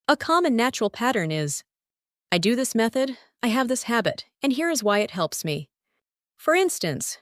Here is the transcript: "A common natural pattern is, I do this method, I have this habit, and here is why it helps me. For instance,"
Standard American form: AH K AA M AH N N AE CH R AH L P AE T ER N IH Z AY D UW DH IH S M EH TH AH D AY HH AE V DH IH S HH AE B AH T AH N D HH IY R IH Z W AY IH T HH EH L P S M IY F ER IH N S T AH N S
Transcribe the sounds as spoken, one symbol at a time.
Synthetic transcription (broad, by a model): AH K AA M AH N N AE CH R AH L P AE T ER N IH Z AY D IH DH IH S M EH TH AH D AY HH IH V DH IH S HH AE B AH T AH N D HH IY R IH Z W AY IH T HH EH L P S M IY F ER IH N S T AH N S